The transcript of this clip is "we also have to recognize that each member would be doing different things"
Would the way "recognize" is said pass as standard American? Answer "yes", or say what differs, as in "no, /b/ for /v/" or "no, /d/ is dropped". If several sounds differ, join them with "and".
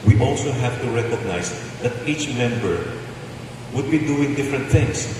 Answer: no, /s/ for /z/